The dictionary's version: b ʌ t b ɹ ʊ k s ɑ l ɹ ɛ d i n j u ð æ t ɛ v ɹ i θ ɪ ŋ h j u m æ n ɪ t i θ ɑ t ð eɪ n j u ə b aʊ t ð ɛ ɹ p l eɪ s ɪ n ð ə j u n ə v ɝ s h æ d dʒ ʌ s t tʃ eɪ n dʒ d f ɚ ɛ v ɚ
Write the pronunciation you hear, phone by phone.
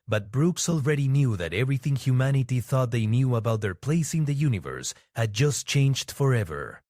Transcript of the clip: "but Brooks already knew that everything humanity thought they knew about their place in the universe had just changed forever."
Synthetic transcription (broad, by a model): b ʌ t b ɹ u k s ɑ l ɹ ɛ d i n j u ð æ t ɛ v ɹ i θ ɪ ŋ h j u m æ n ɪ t i θ ɑ t ð eɪ n j u ə b aʊ t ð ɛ ɹ p l eɪ s ɪ n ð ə j u n ə v ɝ s h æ d dʒ ʌ s t tʃ eɪ n dʒ d f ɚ ɛ v ɚ